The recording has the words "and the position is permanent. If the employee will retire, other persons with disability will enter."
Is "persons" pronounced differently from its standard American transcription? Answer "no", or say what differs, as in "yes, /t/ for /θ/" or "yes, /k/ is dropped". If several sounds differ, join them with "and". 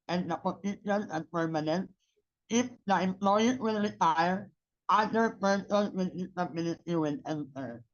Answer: yes, /z/ is dropped